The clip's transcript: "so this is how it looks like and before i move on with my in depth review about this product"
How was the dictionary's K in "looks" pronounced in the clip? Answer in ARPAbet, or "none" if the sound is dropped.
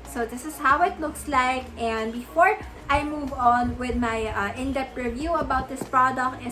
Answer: K